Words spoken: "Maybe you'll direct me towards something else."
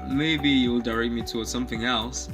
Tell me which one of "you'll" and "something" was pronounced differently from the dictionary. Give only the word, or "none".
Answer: none